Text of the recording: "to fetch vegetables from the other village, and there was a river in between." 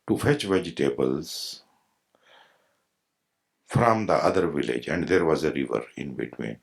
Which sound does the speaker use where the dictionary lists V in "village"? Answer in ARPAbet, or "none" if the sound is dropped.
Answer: V